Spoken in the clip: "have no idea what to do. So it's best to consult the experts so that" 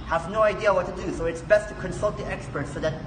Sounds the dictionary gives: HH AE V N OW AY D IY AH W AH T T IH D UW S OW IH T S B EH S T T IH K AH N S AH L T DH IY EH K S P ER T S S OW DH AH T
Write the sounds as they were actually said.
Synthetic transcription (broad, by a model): HH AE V N OW AY D IY AH W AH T T IH D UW S OW IH T S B EH S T T IH K AH N S AH L T DH IY EH K S P ER T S S OW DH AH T